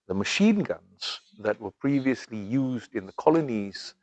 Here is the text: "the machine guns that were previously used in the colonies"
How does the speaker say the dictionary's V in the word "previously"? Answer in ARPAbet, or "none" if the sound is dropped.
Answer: V